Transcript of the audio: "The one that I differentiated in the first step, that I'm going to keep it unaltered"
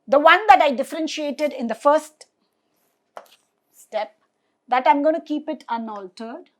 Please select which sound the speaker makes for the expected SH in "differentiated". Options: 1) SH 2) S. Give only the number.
1